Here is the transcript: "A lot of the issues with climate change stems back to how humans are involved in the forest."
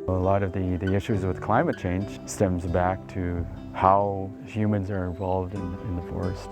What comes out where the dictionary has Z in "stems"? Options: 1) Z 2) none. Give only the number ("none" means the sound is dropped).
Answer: 1